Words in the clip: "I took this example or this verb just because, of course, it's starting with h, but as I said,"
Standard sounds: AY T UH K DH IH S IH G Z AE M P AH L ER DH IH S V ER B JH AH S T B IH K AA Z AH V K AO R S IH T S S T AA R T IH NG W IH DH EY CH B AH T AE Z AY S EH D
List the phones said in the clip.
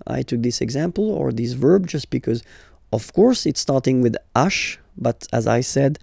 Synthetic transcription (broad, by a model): AY T UH K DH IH S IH G Z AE M P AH L ER DH IH S V ER B JH AH S T B IH K AA Z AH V K AO R S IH T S S T AA R T IH NG W IH DH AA SH B AH T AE Z AY S EH D